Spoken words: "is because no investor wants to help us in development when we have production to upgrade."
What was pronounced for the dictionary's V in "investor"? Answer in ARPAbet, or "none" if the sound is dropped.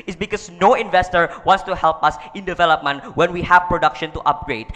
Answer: V